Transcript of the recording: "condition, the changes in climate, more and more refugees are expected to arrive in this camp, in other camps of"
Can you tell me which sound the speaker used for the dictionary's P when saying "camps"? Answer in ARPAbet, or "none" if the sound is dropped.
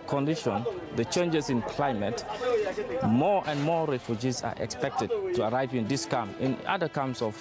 none